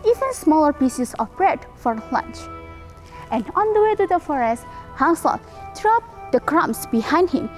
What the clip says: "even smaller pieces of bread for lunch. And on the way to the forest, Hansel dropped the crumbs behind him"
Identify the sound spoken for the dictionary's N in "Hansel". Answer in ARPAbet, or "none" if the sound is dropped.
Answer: none